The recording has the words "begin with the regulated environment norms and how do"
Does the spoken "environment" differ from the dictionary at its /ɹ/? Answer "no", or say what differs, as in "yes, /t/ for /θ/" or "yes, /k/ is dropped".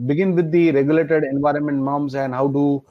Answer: no